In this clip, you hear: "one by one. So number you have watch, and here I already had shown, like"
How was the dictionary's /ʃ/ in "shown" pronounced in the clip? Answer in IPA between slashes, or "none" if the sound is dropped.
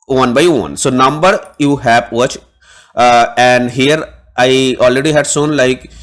/s/